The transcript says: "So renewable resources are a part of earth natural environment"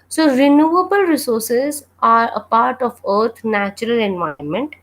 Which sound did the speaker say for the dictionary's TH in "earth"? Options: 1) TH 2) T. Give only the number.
2